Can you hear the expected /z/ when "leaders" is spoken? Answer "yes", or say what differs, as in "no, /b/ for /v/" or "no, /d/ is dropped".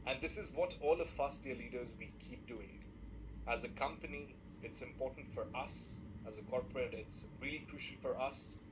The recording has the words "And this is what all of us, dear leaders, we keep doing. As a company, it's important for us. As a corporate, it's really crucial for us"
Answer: yes